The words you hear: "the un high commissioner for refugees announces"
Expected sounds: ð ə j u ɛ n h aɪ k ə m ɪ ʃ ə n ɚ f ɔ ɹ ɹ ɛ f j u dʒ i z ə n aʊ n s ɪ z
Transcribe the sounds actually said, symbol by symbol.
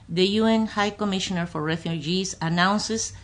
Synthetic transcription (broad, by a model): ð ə j u ɛ n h aɪ k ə m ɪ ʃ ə n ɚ f ɔ ɹ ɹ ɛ f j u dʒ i s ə n aʊ n s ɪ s